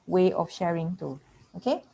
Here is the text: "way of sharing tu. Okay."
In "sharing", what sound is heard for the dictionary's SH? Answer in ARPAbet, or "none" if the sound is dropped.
SH